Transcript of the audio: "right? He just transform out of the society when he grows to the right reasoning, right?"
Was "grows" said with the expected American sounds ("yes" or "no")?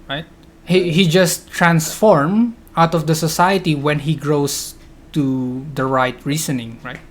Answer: no